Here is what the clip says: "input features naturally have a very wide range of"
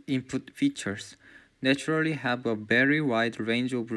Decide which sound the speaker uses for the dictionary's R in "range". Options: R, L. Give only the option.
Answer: R